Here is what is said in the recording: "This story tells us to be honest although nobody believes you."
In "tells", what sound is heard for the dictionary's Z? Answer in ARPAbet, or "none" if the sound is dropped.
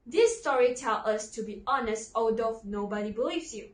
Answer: none